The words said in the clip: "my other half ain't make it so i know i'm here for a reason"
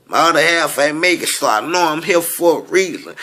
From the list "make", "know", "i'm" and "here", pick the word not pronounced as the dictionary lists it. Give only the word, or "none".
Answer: here